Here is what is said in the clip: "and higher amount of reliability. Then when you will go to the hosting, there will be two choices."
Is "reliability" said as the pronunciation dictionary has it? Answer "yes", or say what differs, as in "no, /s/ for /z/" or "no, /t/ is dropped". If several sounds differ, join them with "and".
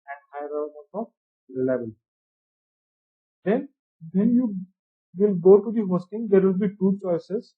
no, /b/ is dropped